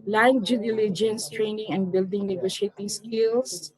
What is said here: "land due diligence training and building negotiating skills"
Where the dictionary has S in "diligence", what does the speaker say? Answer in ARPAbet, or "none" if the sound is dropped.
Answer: S